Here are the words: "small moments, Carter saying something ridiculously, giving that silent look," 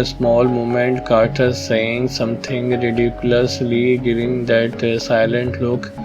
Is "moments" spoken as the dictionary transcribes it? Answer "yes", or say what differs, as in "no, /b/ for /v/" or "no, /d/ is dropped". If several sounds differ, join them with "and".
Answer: no, /s/ is dropped